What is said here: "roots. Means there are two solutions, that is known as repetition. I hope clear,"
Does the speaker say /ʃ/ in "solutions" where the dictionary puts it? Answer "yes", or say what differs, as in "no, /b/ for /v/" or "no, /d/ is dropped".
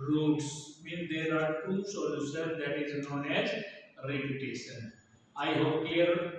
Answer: no, /s/ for /ʃ/